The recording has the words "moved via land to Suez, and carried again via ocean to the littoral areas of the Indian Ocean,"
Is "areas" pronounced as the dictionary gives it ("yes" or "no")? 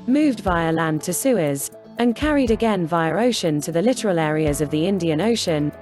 yes